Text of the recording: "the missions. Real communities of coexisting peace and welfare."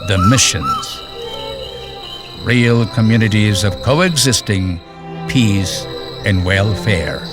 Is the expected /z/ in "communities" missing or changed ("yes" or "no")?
no